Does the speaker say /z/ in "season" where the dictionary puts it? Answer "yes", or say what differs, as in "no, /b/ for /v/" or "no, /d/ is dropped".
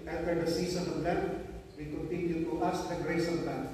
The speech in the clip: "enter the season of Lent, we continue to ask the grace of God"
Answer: no, /s/ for /z/